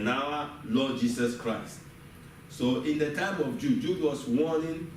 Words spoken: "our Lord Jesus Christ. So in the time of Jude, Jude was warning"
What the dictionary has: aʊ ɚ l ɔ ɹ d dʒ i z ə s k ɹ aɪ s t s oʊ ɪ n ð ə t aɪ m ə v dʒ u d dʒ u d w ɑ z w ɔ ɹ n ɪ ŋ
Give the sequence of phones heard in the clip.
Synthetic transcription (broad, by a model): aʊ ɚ l ɔ d dʒ i s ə s k ɹ aɪ s t s oʊ ɪ n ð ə t aɪ m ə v dʒ u dʒ u d w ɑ s w ɔ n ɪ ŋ